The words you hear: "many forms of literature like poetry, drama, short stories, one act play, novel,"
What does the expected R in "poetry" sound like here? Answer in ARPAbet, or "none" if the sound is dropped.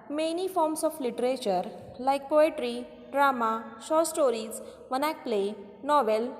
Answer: R